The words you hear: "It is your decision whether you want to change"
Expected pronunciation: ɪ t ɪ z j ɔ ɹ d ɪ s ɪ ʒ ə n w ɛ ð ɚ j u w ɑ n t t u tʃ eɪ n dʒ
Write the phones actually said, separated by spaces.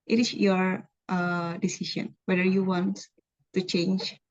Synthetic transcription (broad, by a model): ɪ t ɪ s j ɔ ɹ d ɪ s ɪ ʃ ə n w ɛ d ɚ j u w ɑ n t t u tʃ eɪ n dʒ